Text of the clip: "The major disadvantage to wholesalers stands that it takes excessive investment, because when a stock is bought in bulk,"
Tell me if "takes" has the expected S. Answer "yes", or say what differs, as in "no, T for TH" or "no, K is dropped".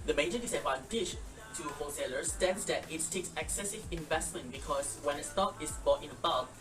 yes